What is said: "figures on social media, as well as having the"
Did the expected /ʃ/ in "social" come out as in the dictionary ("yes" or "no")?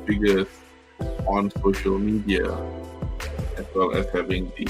yes